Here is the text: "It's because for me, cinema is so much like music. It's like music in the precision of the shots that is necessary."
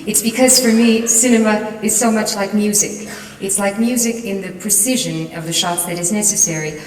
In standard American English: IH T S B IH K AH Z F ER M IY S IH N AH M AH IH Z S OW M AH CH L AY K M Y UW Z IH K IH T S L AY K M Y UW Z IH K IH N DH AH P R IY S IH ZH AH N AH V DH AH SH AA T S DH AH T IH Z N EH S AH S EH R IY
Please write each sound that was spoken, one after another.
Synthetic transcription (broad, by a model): IH T S B IH K AH Z F ER M IY S IH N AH M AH IH Z S OW M AH CH L AY K M Y UW Z IH K IH T S L AY K M Y UW Z IH K IH N DH AH P R IY S IH ZH AH N AH V DH AH SH AA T DH AH T IH Z N EH S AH S EH R IY